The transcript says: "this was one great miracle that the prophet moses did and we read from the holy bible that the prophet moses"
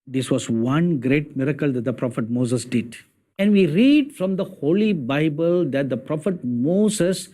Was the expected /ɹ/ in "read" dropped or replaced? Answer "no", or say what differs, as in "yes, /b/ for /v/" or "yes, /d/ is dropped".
no